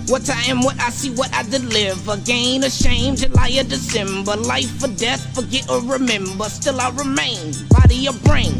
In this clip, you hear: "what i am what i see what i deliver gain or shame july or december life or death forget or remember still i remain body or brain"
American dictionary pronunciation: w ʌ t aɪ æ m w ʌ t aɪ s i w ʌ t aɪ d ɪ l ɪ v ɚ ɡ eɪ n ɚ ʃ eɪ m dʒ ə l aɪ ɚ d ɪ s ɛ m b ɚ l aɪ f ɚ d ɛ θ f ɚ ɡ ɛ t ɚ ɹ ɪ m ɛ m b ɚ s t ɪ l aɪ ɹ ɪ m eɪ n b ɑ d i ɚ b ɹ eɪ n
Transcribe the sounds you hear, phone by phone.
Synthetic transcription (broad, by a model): w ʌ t aɪ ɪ m w ʌ t aɪ s i w ʌ t aɪ d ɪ l ɪ v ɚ ɡ eɪ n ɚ ʃ eɪ m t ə l aɪ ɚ d ɪ s ɛ m b ɚ l aɪ f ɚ d ɛ θ f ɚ ɡ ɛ t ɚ ɹ ɪ m ɛ m b ɚ s t ɪ l aɪ ɹ ɪ m eɪ n b ɑ d i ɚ b ɹ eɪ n